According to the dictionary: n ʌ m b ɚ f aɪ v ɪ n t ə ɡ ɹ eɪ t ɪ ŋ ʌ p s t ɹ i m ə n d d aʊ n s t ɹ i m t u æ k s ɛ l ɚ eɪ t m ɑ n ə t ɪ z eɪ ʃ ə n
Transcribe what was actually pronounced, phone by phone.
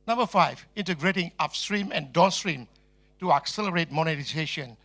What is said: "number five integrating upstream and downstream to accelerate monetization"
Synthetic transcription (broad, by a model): n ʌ m b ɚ f aɪ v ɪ n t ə ɡ ɹ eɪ t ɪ ŋ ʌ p s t ɹ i m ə n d d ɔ s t ɹ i m t u æ k s ɛ l ɚ eɪ t m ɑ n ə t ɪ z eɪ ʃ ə n